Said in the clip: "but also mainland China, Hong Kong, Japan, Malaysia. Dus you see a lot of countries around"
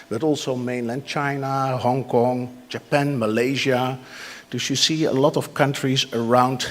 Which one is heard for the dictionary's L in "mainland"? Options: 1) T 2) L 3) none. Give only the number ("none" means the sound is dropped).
2